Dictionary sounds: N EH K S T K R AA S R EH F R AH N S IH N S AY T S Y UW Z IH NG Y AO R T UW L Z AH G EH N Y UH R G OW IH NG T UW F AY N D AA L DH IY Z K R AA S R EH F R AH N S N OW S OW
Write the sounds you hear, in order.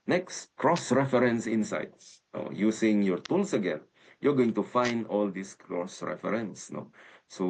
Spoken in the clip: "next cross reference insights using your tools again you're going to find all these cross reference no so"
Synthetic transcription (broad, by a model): N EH K S T K R AA S R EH F R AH N S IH N S AY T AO Y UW S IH NG Y AO R T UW L S AH G EH N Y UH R G OW IH NG T UW F AY N D AA L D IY S K R AA S R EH F R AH N S N OW S OW